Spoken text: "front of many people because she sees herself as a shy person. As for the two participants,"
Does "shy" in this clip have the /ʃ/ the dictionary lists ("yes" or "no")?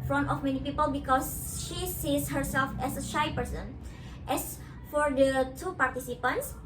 yes